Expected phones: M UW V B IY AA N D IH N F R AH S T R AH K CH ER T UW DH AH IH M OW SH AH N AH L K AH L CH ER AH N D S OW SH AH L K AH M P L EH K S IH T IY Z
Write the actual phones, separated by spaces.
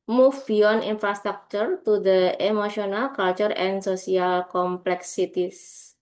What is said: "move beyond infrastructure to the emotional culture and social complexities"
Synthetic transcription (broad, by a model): M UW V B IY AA N IY N F R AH S T R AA K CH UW T UW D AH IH M OW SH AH N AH L K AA L CH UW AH N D S OW S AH L K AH M P L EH K S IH T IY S